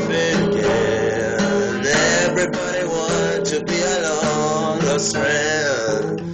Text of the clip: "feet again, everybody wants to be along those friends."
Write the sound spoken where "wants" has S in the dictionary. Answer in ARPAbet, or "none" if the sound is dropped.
none